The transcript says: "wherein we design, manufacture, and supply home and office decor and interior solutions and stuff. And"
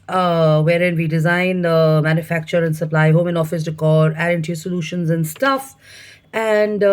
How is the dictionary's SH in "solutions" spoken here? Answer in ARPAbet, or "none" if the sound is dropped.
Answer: SH